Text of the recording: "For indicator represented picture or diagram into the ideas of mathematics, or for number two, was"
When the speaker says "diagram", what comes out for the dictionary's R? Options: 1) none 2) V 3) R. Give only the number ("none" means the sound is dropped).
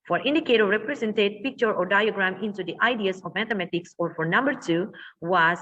3